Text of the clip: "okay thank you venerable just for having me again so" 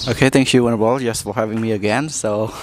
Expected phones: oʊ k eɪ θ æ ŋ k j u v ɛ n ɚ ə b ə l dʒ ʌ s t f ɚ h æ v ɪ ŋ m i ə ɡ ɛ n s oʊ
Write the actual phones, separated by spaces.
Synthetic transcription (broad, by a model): oʊ k eɪ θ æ ŋ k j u w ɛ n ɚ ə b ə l dʒ ʌ s t f ɚ h æ v ɪ ŋ m i ə ɡ ɛ n s oʊ